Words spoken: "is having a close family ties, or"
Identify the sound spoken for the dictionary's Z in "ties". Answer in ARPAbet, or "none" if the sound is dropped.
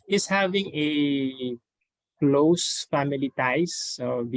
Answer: S